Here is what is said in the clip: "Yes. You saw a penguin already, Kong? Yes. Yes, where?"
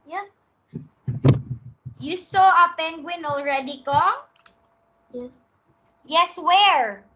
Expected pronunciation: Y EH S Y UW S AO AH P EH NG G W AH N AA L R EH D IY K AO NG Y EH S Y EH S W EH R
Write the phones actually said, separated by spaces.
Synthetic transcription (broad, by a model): Y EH S Y UW S AO AH P EH NG G W AH N AA L R EH D IY K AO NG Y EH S Y EH S W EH R